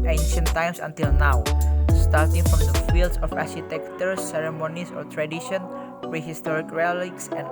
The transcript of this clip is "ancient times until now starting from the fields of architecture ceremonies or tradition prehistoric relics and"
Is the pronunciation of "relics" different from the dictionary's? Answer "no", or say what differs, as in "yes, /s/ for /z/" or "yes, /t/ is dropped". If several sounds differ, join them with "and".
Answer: no